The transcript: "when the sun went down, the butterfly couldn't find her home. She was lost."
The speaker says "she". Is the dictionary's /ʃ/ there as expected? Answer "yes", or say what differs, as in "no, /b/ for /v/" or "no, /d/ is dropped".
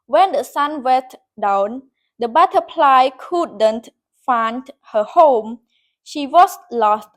yes